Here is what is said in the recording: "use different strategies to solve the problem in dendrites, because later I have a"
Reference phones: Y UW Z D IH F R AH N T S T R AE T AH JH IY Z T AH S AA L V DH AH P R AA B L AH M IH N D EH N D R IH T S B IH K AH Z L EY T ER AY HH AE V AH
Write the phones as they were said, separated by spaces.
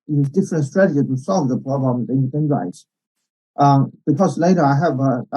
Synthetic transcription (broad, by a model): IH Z D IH F R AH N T S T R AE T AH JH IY T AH S AA L V DH AH P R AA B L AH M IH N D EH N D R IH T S B IH K AH Z L EY T ER AY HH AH V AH